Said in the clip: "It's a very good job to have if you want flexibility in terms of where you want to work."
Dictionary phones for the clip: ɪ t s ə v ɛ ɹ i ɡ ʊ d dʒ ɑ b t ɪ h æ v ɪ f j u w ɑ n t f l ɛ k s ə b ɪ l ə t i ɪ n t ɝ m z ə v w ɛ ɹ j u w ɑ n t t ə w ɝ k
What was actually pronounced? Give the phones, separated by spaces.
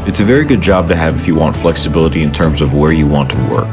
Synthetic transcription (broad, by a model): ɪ t s ə v ɛ ɹ i ɡ ʊ d dʒ ɑ b t ɪ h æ v ɪ f j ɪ w ɑ n t f l ɛ k s ə b ɪ l ə t i ɪ n t ɝ m z ə v w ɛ ɹ j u w ɑ n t t ə w ɝ k